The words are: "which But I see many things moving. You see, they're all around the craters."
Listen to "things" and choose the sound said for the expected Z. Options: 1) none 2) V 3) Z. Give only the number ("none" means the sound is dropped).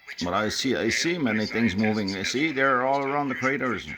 3